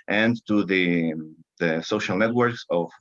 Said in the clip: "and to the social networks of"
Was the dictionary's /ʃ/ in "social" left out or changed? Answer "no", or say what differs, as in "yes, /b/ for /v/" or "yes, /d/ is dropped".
no